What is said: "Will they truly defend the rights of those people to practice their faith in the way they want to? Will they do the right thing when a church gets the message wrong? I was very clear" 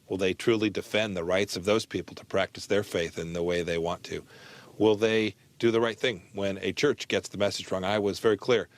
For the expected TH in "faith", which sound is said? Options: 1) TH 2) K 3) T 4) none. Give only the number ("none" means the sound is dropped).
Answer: 1